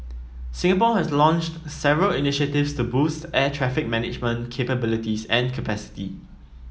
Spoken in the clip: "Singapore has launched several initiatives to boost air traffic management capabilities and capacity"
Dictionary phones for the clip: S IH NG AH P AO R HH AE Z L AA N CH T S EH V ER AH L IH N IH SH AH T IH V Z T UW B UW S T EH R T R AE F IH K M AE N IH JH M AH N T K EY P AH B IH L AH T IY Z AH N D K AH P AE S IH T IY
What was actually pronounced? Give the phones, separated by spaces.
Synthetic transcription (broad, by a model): S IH NG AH P AO HH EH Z L AA N CH T S EH V ER AH L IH N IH SH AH T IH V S T UW B UW S T EH T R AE F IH K M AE N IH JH M AH N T K EY P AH B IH L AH T IY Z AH N K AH P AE S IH T IY